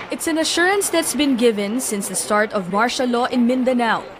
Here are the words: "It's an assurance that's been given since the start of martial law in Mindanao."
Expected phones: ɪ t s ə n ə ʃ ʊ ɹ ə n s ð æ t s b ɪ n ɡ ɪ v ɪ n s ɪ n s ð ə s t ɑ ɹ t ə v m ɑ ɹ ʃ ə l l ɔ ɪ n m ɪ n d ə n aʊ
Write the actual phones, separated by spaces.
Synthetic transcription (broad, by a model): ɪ t s ə n ə ʃ ʊ ɹ ə n s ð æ t s b ɪ n ɡ ɪ v ɪ n s ɪ n s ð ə s t ɑ ɹ t ə v m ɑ ɹ ʃ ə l l ɔ ɪ n m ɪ n d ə n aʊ